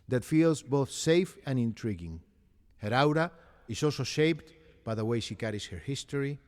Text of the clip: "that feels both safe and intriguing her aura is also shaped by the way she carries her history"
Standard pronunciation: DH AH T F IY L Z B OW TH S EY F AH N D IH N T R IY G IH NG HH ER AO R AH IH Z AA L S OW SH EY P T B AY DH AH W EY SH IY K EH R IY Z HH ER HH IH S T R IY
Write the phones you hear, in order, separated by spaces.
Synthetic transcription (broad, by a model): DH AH T F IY L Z B OW TH S EY F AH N IH N T R IY G IH NG HH ER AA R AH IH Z AA L S OW SH EY P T B AY DH AH W EY SH IY K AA R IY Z HH ER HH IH S T R IY